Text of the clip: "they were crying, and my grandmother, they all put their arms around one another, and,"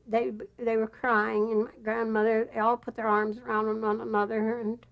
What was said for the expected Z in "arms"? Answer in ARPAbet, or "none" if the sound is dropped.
Z